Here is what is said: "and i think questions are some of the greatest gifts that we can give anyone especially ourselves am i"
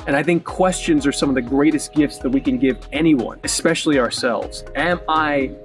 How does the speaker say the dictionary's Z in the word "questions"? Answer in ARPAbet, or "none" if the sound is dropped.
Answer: Z